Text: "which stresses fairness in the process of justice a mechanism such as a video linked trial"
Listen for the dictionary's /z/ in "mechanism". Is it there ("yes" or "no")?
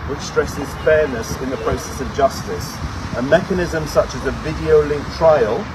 yes